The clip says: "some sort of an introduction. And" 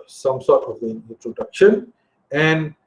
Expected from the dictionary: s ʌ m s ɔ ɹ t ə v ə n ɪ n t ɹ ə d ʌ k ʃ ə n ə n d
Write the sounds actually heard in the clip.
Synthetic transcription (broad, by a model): s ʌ m s ɔ ɹ t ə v ə n ɪ n t ɹ ə d ʌ k ʃ ə n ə n d